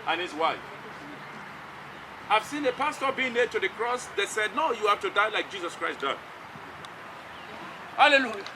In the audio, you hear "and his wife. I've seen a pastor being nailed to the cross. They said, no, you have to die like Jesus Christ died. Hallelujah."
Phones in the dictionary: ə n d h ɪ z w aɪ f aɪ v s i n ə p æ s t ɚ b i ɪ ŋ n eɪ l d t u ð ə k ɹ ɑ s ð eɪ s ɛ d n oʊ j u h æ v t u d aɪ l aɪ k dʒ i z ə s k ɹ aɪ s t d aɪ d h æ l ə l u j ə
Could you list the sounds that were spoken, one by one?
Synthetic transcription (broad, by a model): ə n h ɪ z w aɪ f aɪ v s i n ə p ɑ s t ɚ b i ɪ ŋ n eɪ d t u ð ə k ɹ ɑ s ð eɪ s ɛ d n oʊ j u h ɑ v t u d aɪ l aɪ k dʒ i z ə s k ɹ aɪ s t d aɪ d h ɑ l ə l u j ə